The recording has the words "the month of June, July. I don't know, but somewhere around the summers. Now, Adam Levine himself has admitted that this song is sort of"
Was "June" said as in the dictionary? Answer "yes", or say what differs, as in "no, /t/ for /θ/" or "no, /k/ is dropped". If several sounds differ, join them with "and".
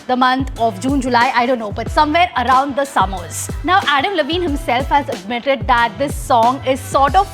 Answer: yes